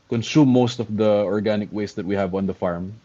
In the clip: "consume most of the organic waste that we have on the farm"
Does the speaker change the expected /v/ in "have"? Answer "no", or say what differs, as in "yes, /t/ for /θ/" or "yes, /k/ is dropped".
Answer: no